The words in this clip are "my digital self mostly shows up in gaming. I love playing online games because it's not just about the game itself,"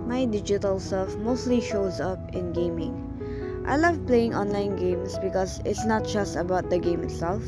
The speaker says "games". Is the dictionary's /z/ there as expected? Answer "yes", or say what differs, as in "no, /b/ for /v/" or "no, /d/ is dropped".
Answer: no, /s/ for /z/